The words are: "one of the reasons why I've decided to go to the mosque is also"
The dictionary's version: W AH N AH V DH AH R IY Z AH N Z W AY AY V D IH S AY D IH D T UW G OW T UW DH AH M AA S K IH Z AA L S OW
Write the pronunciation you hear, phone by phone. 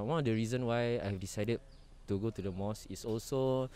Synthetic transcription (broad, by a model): W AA N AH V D AH R IY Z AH N W AY AY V D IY S AY D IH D T UW G OW T UW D AH M AA S IH S AA L S OW